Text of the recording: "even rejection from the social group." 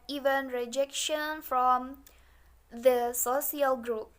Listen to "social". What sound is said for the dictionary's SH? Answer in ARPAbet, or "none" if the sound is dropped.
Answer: S